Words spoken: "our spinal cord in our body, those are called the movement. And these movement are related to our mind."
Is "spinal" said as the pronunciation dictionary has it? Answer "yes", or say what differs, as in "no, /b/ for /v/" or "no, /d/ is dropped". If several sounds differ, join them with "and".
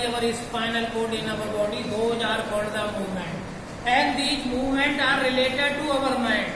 no, /f/ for /p/